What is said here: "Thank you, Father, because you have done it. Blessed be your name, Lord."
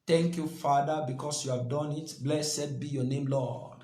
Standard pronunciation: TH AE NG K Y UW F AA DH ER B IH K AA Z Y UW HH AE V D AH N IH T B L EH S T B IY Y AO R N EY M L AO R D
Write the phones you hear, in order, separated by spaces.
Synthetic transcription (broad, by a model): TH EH NG K Y UW F AA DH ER B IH K AA S Y UW HH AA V D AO N IH T B L EH S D B IY Y AO N EY M L AO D